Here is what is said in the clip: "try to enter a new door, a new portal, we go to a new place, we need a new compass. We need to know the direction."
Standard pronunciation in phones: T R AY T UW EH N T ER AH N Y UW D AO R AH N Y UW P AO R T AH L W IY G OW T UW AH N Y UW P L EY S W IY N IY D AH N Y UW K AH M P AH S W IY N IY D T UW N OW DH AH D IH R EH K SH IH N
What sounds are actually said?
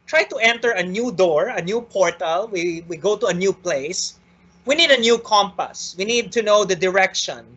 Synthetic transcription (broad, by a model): T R AY T UW EH N T ER AH N Y UW D AO R AH N Y UW P AO R T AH L W IY G OW T UW AH N Y UW P L EY S W IY N IY D AH N Y UW K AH M P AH S W IY N IY D T UW N OW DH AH D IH R EH K SH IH N